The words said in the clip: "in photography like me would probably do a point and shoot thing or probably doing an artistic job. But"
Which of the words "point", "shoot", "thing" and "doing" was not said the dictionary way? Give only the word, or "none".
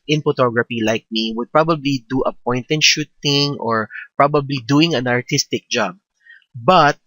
thing